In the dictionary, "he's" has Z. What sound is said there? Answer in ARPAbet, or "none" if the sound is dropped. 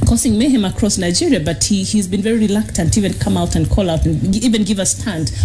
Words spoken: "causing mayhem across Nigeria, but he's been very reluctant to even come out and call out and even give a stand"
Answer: Z